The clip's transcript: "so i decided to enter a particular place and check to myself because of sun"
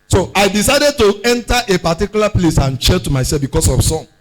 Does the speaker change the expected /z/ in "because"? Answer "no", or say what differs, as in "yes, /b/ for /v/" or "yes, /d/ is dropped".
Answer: yes, /s/ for /z/